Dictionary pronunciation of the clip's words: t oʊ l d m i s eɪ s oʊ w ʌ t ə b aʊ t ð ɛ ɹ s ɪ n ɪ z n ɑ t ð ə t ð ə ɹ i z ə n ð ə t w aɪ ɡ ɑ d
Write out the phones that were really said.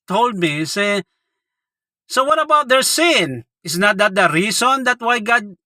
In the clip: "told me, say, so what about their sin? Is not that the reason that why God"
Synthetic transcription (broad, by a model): t oʊ l d m i s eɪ s oʊ w ʌ t ə b aʊ t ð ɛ ɹ s ɪ n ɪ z n ɑ t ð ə t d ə ɹ i s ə n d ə t w aɪ ɡ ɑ d